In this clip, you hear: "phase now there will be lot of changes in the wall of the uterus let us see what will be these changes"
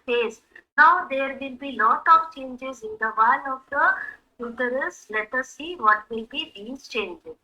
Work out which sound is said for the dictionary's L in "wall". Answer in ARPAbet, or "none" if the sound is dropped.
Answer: N